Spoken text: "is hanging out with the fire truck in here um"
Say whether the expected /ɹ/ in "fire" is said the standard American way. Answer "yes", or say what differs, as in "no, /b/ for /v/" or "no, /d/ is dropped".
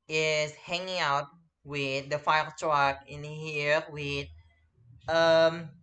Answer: no, /l/ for /ɹ/